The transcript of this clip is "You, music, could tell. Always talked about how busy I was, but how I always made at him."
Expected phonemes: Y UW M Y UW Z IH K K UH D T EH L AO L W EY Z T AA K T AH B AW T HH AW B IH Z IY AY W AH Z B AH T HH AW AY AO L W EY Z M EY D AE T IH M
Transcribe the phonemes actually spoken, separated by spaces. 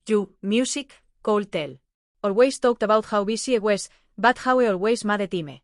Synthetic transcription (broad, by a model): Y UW M Y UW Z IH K K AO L T EH L AO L W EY S T AA K T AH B AW T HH AW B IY S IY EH W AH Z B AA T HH AW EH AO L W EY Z M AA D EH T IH M